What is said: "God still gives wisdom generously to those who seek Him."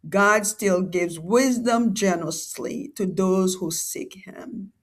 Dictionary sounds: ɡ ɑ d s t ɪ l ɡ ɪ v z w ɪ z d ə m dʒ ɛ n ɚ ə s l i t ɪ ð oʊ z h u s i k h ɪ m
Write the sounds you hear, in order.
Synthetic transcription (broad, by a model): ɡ ɑ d s t ɪ l ɡ ɪ v z w ɪ z d ə m dʒ ɛ n ɚ ə s l i t ɪ ð oʊ z h u s i k h ɪ m